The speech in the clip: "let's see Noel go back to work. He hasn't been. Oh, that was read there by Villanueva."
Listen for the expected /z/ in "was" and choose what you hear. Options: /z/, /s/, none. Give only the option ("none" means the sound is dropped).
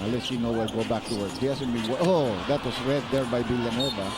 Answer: /s/